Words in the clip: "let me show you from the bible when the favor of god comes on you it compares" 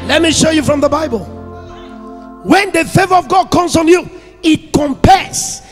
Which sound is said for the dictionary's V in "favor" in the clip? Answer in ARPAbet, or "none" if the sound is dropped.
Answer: V